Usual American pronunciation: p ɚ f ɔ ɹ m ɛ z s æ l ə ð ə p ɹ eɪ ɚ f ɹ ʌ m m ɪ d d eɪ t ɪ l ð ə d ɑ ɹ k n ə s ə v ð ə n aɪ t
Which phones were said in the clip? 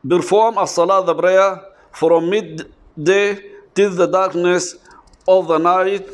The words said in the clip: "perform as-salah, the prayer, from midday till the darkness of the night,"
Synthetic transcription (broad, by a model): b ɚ f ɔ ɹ m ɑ s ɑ l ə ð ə b ɹ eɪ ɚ f ɹ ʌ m m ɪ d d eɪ t ɪ l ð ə d ɑ ɹ k n ə s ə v ð ə n aɪ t